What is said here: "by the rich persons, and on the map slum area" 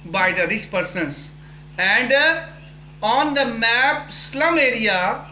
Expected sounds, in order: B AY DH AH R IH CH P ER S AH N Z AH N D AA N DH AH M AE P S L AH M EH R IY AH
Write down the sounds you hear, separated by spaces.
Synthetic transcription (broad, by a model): B AY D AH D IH S P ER S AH N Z AH N D AA N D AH M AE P S L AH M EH R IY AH